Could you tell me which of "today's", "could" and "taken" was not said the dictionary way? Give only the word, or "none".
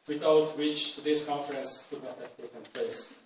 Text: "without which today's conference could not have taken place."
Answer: today's